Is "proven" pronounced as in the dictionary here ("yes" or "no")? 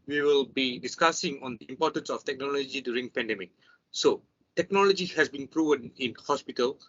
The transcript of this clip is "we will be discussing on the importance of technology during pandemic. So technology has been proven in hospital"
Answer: yes